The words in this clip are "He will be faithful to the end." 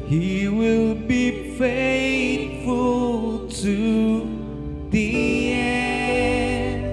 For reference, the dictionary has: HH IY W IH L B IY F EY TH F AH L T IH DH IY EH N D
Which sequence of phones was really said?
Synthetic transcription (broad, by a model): HH IY W IH L B IY F EY T F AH L T IH DH IY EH